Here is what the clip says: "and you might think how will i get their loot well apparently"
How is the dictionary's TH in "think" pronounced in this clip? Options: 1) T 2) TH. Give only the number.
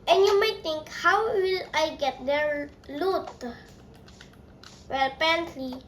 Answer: 1